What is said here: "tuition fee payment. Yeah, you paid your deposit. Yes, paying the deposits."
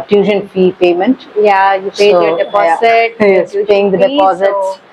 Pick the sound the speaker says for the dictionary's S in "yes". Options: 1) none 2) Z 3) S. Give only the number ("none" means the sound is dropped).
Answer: 1